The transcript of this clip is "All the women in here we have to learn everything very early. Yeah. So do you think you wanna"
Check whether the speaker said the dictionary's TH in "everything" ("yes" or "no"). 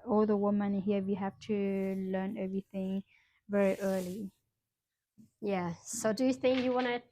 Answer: yes